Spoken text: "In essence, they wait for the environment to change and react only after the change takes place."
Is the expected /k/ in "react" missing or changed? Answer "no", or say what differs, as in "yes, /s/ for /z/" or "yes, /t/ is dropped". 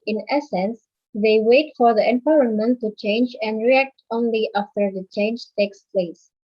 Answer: no